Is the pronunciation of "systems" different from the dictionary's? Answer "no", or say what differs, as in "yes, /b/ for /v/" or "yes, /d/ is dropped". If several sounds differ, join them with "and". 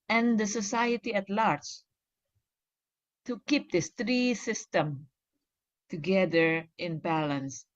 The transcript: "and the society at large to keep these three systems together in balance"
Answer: yes, /z/ is dropped